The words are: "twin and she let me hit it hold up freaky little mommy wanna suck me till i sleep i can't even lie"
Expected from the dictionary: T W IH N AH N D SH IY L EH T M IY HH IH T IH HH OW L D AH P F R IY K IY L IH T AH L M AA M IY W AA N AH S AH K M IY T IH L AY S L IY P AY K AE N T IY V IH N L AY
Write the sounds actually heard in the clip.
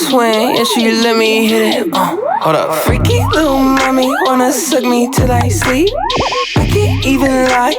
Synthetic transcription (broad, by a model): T W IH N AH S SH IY L EH T M IY HH IH T IH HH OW D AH F R IY K IY L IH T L M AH M IY W AA N AH S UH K M IY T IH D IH S L IY P AY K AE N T IY V IH N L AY